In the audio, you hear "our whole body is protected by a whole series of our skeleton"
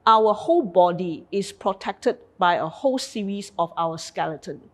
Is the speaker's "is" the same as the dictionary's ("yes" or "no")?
no